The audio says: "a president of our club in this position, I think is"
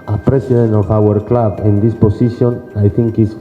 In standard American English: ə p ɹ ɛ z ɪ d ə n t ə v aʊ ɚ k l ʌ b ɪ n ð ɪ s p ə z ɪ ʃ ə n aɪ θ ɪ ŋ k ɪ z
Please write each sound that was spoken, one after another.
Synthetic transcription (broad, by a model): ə p ɹ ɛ s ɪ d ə n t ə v aʊ ɚ k l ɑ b ɪ n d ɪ s p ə s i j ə n aɪ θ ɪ ŋ k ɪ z